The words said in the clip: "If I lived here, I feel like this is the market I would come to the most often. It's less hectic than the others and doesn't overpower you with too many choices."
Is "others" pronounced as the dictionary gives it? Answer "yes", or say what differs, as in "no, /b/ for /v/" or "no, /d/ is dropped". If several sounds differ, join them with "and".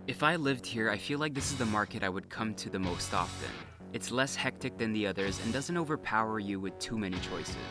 yes